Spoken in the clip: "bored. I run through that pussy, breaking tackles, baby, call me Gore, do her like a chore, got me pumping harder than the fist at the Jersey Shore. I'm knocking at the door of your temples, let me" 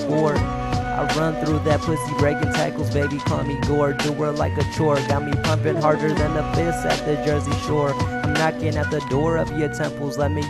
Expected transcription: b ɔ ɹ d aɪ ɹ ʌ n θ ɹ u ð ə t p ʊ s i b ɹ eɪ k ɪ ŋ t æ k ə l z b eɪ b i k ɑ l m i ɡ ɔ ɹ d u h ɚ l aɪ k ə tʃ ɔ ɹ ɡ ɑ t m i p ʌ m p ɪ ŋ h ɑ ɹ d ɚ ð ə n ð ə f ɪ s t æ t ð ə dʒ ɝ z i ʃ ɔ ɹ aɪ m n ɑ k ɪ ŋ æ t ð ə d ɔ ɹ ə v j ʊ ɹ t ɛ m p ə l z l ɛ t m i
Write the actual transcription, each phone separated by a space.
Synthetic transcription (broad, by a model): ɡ ɔ ɹ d aɪ ɹ ʌ n θ ɹ u ð ə t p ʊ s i b ɹ eɪ k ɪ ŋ t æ k l z b eɪ b i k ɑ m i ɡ ɔ ɹ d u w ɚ l aɪ k ə tʃ ɔ ɹ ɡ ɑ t m i p ʌ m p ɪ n h ɑ ɹ d ɚ ð ə n ð ə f ɪ s ɪ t ð ə dʒ ɝ z i ʃ ɔ ɹ aɪ m n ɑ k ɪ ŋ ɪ t ð ə d ɔ ɹ ə v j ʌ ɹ t ɛ m p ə l z l ɛ t m i